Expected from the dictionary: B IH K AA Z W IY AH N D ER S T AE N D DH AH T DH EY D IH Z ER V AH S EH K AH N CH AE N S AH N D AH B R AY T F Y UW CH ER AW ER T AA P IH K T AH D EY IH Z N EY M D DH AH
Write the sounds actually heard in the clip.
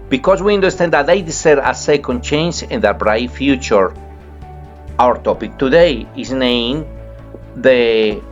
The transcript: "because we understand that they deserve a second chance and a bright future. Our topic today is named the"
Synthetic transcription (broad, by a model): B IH K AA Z W IY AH N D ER S T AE N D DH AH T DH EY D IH S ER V AH S EH K AH N CH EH N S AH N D AH B R AY T F Y UW CH ER AW ER T AA P IH K T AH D EY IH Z N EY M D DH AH